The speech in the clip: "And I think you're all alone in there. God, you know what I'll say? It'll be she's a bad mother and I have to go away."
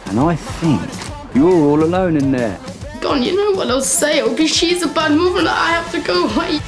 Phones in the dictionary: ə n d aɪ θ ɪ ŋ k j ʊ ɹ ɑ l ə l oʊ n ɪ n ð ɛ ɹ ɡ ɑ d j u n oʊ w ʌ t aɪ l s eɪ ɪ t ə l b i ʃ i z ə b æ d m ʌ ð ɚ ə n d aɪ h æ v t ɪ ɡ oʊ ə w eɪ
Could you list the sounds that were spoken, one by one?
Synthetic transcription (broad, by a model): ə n aɪ θ ɪ ŋ k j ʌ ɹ ɑ l ə l oʊ n ɪ n ð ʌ ɹ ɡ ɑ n j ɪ n oʊ w ʌ t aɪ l s eɪ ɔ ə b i ʃ i z ə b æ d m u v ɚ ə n aɪ h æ f t ɪ ɡ oʊ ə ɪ